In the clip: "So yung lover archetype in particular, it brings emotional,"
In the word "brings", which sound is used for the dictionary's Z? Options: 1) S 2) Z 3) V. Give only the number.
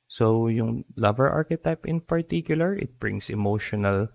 1